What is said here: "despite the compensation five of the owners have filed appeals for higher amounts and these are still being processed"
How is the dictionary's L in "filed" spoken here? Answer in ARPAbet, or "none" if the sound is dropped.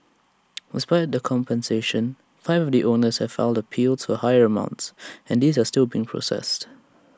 N